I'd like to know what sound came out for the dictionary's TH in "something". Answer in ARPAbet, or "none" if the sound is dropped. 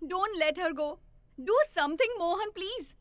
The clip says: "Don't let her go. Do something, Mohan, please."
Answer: T